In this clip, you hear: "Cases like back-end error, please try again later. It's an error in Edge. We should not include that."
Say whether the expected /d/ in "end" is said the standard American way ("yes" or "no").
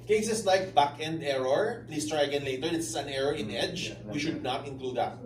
yes